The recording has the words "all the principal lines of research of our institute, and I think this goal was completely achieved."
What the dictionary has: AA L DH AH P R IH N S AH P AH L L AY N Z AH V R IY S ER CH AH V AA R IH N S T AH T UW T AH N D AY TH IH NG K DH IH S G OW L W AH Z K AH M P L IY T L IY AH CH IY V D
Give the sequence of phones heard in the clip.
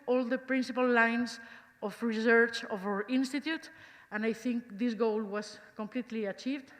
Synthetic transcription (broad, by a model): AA L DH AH P R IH N S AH P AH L L AY N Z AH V R IY S ER CH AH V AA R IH N S T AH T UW T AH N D AY TH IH NG K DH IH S G OW L W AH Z K AH M P L IY T L IY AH CH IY V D